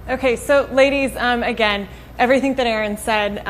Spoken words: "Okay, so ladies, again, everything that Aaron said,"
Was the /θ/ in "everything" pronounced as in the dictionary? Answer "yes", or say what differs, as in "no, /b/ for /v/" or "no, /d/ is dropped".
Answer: yes